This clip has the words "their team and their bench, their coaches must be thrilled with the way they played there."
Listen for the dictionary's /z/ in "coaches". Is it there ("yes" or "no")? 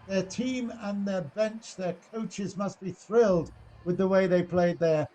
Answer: yes